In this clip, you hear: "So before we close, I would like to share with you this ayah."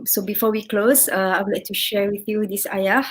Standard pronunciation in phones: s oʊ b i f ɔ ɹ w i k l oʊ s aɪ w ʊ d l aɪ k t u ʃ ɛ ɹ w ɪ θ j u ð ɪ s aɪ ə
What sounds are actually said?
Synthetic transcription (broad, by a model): s oʊ b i f ɔ w i k l oʊ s aɪ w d l aɪ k t u ʃ ɛ ɹ w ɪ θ j u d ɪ s aɪ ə